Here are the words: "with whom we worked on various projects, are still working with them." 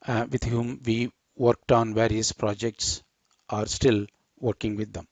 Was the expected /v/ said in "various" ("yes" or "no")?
yes